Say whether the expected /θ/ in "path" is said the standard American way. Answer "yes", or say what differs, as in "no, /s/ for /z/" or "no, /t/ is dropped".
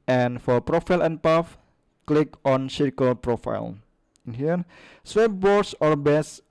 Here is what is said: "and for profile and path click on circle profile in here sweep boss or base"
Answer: no, /f/ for /θ/